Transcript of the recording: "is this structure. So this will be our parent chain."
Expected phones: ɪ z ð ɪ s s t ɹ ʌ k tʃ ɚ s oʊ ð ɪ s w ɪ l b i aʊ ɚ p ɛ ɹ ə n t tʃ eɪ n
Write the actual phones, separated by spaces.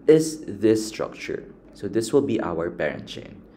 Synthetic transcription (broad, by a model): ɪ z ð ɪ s s t ɹ ʌ k tʃ ɚ s oʊ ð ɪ s w ɪ l b i aʊ ɚ b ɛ ɹ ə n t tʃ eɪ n